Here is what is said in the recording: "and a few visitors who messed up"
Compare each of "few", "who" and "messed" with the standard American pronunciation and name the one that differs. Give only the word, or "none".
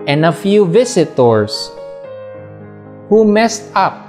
none